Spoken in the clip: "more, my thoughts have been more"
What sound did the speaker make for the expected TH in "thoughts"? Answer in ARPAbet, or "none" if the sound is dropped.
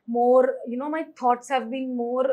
T